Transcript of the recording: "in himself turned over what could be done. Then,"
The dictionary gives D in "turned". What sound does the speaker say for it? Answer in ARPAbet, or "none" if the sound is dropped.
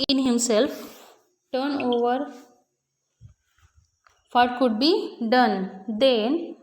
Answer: none